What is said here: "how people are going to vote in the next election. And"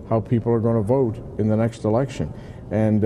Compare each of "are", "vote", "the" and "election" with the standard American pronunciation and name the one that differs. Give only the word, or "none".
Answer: none